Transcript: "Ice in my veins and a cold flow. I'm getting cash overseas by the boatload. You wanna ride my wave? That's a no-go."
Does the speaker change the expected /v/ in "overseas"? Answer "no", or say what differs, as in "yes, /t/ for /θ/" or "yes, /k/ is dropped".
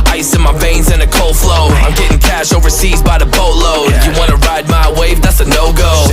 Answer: no